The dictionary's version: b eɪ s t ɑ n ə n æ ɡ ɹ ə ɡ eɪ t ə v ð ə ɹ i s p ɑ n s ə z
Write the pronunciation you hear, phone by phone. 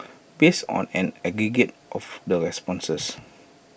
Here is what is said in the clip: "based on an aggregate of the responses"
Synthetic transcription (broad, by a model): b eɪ s ɑ n ə n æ ɡ ɹ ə ɡ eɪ t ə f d ə ɹ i s p ɑ n s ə s